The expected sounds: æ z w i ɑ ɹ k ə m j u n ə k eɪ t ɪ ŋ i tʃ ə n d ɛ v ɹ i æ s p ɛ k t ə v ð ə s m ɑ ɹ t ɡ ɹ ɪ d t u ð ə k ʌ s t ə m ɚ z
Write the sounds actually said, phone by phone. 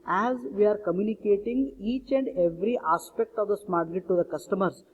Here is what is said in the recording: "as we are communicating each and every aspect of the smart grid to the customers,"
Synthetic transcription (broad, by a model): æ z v i ɑ ɹ k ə m j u n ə k eɪ t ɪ ŋ i tʃ ə n d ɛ v ɹ i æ s p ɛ k t ə v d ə s m ɑ ɹ t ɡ ɪ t t u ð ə k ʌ s t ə m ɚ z